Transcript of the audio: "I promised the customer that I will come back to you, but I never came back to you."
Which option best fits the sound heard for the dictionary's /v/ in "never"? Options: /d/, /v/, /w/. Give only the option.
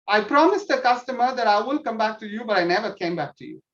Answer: /v/